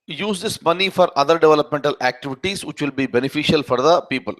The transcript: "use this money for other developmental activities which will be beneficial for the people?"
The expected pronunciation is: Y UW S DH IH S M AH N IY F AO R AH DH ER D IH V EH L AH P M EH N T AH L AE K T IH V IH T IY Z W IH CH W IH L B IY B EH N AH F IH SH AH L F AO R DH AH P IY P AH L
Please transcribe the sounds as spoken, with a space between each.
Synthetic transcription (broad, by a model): Y UW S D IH S M AH N IY F AO R AH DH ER D IH V EH L AH P M EH N T AH L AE K T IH V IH T IY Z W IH CH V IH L B IY B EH N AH F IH SH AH L F AO R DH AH P IY P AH L